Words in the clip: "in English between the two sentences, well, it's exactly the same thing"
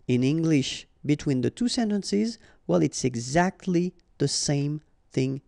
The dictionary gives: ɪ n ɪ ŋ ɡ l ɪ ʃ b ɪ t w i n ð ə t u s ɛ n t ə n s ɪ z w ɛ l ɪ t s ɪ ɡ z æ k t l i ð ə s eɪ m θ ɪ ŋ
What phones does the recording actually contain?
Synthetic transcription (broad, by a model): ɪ n ɪ ŋ ɡ l ɪ ʃ b ɪ t w i n ð ə t u s ɛ n t ə n s ɪ z w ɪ l ɪ t s ɪ ɡ z æ k t l i ð ə s eɪ m θ ɪ ŋ